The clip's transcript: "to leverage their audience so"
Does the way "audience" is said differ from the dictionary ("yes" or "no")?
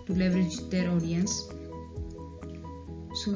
no